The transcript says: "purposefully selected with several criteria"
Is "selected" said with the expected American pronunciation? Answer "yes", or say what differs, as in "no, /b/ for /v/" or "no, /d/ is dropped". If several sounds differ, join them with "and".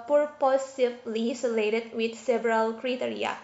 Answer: no, /k/ is dropped